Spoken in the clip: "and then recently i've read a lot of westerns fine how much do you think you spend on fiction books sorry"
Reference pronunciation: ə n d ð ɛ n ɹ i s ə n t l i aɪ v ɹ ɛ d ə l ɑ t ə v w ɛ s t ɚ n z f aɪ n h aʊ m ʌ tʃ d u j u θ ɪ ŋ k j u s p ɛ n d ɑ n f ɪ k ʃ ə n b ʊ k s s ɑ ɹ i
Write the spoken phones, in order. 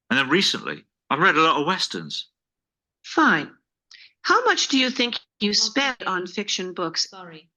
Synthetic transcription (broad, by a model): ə n ð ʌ n ɹ i s ə n t l i aɪ v ɹ ɛ d ə l ɑ t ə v w ɛ s t ɚ n z f aɪ n h aʊ m ʌ tʃ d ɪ j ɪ θ ɪ ŋ k j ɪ s p ɛ n d n f ɪ k ʃ ə n b ʊ k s s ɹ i